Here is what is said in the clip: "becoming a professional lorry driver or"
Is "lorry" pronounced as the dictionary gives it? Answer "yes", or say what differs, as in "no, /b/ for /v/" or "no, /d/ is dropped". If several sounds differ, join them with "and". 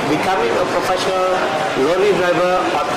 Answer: no, /l/ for /ɹ/